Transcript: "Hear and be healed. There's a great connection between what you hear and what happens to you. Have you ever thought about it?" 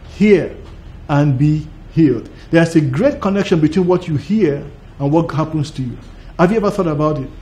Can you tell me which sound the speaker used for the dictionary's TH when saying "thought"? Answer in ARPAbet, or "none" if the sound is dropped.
TH